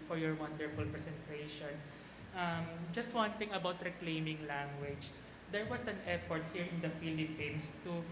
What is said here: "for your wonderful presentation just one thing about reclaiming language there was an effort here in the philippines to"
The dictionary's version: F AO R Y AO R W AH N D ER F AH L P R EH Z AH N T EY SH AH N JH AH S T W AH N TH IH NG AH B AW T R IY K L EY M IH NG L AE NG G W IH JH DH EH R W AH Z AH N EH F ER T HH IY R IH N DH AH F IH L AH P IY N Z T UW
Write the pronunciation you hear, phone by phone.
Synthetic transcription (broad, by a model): F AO R Y AO R W AH N D ER F AH L P R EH S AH N T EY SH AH N JH AH S T W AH N T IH NG AH B AW T R IY K L EY M IH NG L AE NG G W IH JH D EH R W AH S AH N EH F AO T HH IY R IH N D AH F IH L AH P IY N S T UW